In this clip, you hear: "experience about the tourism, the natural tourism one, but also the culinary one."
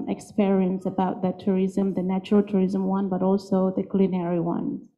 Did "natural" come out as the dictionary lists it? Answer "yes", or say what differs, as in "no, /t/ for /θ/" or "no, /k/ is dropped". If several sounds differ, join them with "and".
yes